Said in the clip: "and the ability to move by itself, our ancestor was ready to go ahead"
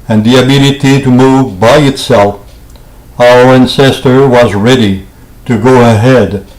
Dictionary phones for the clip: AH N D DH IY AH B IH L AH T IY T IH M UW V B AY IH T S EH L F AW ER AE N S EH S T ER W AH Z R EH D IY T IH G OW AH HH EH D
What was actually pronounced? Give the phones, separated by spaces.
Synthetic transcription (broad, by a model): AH N DH IY AH B IH L AH T IY T IH M UW V B AY IH T S EH L F AW ER AE N S EH S T ER W AH Z R EH D IY T IH G OW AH HH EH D